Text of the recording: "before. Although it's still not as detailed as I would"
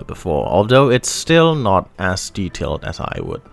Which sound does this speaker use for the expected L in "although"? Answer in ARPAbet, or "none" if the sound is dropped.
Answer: L